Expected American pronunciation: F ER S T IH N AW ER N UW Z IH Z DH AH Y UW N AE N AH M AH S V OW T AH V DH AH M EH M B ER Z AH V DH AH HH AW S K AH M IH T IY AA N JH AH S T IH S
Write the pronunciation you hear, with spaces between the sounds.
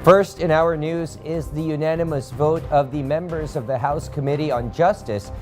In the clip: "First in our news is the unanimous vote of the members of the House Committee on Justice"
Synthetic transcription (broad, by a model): F ER S T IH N AW ER N UW Z IH Z DH AH Y UW N AE N AH M AH S V OW T AH V DH AH M EH M B ER Z AH V DH AH HH AW S K AH M IH T IY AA N JH AH S T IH S